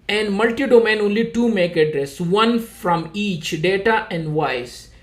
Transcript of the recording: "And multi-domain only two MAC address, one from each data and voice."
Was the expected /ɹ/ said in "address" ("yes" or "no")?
yes